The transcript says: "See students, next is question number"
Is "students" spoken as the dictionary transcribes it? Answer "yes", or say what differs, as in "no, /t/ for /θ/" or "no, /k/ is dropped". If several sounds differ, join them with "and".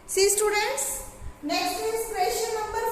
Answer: yes